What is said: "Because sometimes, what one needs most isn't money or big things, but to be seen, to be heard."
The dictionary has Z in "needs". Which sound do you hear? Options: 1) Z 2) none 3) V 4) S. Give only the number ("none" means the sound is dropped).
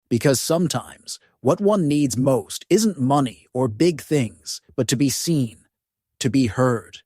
1